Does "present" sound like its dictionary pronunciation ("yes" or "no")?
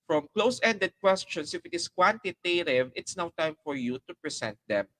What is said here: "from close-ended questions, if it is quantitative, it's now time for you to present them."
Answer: no